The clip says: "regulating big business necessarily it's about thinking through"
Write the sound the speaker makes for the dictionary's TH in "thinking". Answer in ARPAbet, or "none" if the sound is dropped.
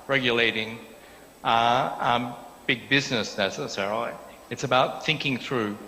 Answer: TH